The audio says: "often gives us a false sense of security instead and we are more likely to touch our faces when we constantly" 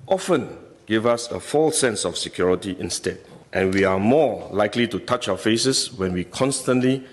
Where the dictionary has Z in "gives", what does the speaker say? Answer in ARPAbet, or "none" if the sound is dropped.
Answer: none